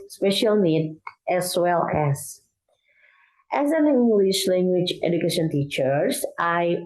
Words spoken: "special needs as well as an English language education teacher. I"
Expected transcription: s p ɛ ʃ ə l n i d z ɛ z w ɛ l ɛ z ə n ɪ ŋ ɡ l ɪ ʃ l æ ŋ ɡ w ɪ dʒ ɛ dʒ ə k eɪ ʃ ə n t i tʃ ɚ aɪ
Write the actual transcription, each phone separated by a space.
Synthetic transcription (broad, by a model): s p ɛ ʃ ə l n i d ɛ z w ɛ l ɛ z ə n ɪ ŋ ɡ l ɪ ʃ l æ ŋ ɡ w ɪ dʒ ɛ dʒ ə k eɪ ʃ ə n t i tʃ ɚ aɪ